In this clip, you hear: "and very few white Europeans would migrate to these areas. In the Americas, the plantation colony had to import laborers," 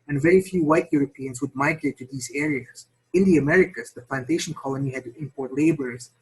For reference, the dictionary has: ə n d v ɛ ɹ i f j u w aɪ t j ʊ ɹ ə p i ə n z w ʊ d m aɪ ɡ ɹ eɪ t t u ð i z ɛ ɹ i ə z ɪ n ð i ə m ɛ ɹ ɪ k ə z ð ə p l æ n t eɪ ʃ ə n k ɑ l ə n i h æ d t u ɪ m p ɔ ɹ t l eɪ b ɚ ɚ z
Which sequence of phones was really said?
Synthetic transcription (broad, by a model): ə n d v ɛ ɹ i f j u w aɪ t j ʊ ɹ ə p i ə n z w ʊ d m aɪ ɡ ɹ eɪ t t u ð i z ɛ ɹ i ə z ɪ n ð i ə m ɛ ɹ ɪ k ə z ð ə p l æ n t eɪ ʃ ə n k ɑ l ə n i h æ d t u ɪ m p ɔ ɹ t l eɪ b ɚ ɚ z